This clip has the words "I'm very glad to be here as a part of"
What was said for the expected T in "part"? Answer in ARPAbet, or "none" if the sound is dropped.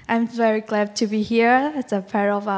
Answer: none